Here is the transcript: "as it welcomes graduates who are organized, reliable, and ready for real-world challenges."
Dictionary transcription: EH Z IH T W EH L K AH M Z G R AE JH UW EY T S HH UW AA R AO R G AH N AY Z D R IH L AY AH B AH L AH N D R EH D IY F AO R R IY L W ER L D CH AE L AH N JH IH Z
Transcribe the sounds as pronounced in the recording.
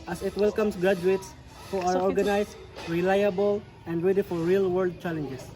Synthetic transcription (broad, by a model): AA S IH T W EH L K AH M S G R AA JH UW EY T S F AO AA W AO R G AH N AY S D R IH L AY AH B AH L AH N D R EH D IY F AO R R IY L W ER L D CH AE L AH N JH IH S